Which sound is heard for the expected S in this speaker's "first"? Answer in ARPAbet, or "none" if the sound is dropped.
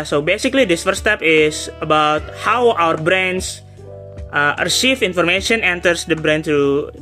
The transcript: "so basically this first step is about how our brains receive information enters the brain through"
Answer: none